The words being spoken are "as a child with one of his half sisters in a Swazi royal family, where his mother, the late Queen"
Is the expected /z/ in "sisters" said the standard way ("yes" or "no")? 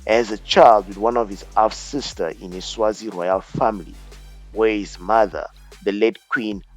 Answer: no